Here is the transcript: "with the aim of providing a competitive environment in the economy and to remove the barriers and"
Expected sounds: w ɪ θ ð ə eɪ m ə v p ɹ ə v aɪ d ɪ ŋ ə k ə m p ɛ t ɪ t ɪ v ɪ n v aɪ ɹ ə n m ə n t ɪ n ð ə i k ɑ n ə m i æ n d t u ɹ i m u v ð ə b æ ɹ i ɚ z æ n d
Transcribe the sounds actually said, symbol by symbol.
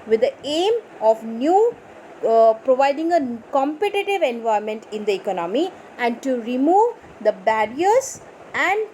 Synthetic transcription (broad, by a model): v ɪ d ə eɪ m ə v p ɹ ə v aɪ d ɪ ŋ ə k ə m p ɛ t ɪ t ɪ v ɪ n v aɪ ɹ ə m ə n t ɪ n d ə i k ɑ n ə m i æ n d t u ɹ i m u v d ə b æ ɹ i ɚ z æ n d